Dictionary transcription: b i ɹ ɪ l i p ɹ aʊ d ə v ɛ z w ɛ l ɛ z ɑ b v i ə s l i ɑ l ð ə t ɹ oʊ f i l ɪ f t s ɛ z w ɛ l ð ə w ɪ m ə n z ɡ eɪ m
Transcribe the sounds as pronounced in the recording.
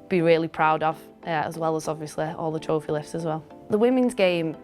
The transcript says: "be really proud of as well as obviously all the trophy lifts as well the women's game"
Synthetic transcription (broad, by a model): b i ɹ ɪ l i p ɹ aʊ d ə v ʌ z w ɛ l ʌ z ɑ b v i ə s l i ɑ l ð ə t ɹ oʊ f i l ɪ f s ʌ z w ɛ l ð ə w ɪ m ə n z ɡ eɪ m